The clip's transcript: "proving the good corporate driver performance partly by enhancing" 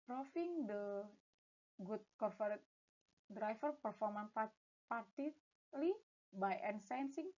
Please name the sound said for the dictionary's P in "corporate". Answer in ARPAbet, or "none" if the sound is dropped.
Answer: F